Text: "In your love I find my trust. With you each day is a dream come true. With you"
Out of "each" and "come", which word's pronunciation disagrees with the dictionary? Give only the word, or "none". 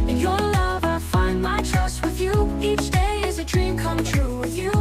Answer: none